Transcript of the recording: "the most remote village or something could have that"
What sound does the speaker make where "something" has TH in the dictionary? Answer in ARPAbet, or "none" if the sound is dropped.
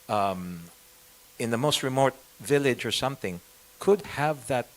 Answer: TH